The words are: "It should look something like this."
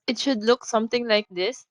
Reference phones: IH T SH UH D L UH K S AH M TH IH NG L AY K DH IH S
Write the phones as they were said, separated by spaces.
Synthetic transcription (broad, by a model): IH T SH UH D L UH K S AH M T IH NG L AY K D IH S